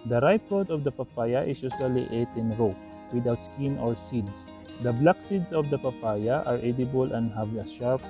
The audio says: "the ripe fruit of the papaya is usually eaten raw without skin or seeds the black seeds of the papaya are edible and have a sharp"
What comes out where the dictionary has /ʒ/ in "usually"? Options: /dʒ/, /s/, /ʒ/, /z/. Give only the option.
/s/